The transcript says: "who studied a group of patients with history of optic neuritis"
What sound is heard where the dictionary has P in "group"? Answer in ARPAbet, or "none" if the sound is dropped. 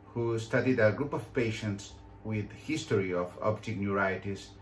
P